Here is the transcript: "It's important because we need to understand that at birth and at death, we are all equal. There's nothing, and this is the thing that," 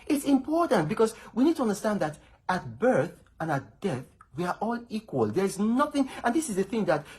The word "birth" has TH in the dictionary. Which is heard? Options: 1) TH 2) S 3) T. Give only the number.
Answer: 1